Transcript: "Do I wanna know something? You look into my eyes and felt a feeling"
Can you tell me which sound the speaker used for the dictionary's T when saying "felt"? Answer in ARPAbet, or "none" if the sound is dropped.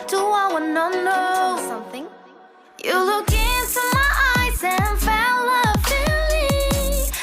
none